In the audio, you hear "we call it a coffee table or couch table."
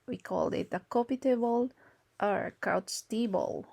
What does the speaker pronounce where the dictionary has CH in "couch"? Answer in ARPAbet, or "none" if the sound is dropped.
S